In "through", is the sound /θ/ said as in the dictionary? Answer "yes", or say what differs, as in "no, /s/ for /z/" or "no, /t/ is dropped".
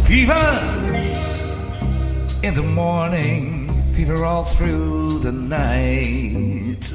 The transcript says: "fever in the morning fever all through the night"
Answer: yes